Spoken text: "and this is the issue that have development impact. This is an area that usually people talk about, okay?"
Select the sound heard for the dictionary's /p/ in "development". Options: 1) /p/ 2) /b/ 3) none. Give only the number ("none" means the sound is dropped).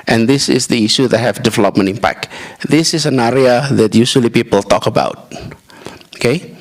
1